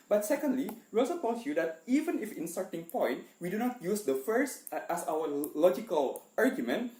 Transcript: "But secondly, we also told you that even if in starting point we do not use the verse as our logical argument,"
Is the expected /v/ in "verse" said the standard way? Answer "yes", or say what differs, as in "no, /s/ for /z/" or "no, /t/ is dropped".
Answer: no, /f/ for /v/